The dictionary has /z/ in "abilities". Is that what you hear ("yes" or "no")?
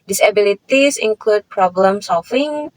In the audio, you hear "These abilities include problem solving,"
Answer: no